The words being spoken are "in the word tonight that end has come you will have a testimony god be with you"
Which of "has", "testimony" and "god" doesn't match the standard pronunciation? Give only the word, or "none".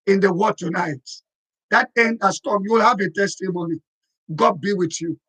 has